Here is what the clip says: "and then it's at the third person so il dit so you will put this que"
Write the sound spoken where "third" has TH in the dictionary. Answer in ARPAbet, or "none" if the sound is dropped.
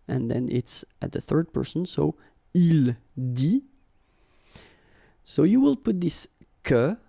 TH